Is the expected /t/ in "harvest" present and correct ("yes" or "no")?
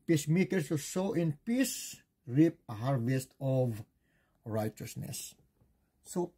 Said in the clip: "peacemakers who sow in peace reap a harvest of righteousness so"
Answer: yes